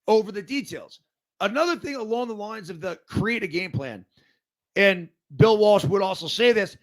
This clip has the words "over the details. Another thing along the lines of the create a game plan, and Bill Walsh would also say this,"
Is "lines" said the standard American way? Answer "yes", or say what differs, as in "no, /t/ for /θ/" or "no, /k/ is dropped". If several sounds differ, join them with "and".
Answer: yes